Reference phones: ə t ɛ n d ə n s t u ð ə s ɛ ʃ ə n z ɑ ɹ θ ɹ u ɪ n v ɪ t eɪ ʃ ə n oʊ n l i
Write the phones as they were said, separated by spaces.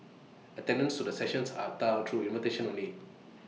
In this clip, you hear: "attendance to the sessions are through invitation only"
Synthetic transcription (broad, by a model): ə t ɛ n d ə n s t u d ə s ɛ ʃ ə n s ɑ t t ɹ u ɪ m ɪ t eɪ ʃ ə n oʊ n i